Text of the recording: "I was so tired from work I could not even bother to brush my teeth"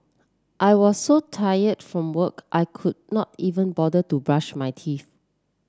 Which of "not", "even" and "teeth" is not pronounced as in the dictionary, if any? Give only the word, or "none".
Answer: teeth